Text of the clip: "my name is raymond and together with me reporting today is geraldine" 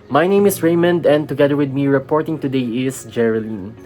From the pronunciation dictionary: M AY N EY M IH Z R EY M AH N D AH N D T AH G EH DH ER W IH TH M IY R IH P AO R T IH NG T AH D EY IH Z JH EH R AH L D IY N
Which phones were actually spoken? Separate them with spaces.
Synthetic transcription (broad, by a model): M AY N EY M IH S R EY M AH N D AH N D T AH G EH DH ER W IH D M IY R IH P AO R T IH NG T AH D EY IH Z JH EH R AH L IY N